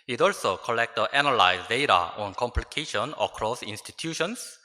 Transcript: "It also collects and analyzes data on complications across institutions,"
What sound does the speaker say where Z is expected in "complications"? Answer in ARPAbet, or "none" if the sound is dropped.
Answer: none